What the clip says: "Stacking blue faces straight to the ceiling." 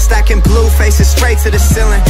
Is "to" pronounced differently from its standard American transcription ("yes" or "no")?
yes